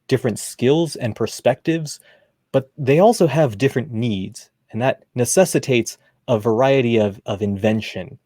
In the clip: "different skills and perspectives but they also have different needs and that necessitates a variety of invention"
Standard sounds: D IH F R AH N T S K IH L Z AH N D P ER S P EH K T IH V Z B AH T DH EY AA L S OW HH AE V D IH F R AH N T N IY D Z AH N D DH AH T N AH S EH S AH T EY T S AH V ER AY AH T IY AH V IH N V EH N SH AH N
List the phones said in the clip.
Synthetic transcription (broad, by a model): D IH F R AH N T S K IH L Z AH N P ER S P EH K T IH V Z B AH T DH EY AA L S OW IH V D IH F R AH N N IY D Z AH N DH AH T N AH S EH S AH T EY T S AH V ER AY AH T IY AH V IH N V EH N SH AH N